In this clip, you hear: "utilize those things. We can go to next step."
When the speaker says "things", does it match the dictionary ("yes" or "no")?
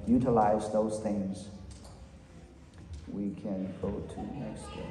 yes